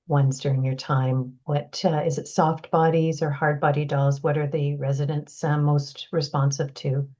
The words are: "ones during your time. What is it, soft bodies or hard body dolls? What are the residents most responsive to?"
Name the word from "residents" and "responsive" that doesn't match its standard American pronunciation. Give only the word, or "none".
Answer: none